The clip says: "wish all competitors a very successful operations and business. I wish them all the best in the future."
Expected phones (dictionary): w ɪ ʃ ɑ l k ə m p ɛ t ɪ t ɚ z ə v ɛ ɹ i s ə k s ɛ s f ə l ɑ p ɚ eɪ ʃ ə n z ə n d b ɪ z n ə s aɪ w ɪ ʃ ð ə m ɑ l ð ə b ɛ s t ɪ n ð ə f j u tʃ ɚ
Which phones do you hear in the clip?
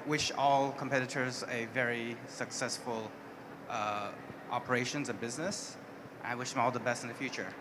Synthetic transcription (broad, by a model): w ɪ ʃ ɑ l k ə m p ɛ t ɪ t ɚ z ə v ɛ ɹ i s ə k s ɛ s f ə l ɑ p ɚ eɪ ʃ ə n z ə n b ɪ z n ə s aɪ w ɪ ʃ ð ə m ɑ l ð ə b ɛ s t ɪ n ð ə f j u tʃ ɚ